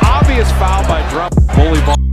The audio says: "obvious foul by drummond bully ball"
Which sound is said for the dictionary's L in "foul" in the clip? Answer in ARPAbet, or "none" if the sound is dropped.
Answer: N